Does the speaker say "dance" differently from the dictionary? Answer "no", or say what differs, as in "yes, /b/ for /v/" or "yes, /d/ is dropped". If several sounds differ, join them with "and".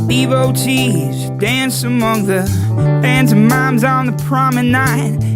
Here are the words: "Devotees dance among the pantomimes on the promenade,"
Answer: no